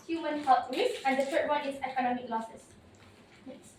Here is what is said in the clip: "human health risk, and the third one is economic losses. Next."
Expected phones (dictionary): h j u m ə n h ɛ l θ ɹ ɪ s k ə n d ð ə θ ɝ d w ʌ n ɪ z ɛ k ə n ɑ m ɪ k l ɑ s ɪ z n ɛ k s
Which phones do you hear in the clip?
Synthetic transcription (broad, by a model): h j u m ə n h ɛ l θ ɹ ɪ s ə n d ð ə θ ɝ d w ʌ n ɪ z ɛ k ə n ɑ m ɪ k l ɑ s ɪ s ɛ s